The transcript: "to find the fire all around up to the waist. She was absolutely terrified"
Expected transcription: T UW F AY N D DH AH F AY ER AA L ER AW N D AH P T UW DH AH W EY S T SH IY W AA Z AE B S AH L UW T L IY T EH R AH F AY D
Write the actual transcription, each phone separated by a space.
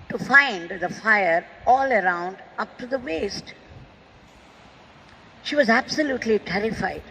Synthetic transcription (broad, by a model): T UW F AY N D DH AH F AY ER AA L ER AW N D AH P T UW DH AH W EY S T SH IY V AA Z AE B S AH L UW T L IY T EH R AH F AY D